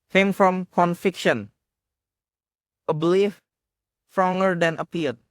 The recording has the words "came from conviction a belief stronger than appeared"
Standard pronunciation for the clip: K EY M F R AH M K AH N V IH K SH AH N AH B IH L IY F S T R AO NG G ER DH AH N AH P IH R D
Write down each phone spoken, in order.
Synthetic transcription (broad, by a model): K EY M F R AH M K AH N F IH K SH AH N AH B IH L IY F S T R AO NG G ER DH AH N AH P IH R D